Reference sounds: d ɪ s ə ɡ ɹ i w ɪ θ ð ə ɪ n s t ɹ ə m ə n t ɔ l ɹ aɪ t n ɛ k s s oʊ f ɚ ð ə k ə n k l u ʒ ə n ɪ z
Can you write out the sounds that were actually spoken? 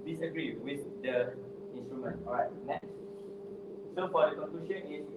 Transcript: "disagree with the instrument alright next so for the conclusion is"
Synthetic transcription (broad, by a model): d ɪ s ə ɡ ɹ i w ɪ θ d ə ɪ n s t ɹ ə m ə n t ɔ ɹ aɪ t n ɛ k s s oʊ f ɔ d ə k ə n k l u ʃ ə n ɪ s